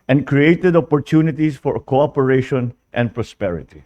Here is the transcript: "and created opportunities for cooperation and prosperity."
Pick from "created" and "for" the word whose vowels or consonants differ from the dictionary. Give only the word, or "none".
none